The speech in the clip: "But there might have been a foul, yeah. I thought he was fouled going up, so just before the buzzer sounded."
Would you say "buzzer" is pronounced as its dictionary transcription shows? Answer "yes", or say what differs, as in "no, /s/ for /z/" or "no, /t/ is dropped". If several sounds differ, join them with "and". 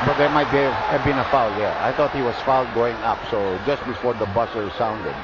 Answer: no, /s/ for /z/